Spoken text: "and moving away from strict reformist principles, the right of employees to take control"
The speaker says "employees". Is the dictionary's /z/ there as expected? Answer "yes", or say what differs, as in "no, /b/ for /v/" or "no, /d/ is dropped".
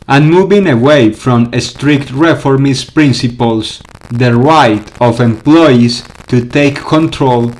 no, /s/ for /z/